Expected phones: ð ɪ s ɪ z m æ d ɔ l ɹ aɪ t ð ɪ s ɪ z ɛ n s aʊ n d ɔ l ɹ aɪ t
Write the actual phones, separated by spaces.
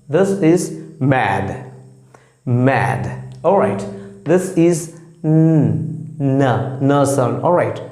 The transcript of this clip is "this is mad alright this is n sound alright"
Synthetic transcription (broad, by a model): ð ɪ s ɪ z m æ d ɔ l ɹ aɪ t ð ɪ s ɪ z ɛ n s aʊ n ɔ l ɹ aɪ t